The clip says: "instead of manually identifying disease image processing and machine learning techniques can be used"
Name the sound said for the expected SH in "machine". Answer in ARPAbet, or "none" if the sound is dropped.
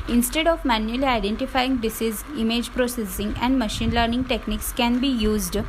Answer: SH